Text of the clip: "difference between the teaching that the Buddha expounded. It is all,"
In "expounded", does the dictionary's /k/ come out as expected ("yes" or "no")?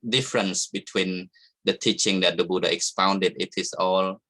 yes